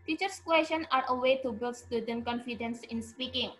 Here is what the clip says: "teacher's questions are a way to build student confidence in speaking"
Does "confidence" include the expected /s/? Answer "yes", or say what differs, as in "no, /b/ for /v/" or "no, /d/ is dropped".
yes